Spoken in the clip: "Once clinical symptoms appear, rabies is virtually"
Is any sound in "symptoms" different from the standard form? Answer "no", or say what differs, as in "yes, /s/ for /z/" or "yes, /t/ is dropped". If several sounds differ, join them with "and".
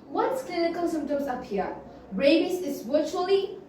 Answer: yes, /p/ is dropped